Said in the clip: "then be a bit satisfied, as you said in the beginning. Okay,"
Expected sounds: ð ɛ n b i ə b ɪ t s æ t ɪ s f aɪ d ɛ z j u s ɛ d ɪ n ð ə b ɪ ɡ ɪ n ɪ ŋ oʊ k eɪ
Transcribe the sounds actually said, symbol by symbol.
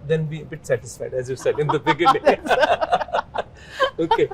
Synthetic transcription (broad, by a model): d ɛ n b i ə b ɪ t s æ t ɪ s f aɪ d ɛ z j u s ɛ d ɪ n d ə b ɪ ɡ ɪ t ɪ oʊ k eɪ